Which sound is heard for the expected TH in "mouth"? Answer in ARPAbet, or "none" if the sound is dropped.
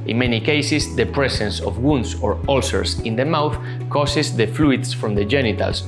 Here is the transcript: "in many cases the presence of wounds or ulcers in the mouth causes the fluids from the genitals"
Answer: TH